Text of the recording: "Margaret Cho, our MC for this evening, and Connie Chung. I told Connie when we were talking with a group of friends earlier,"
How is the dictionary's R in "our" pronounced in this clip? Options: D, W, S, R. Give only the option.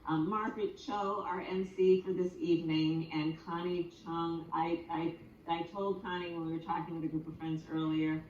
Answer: R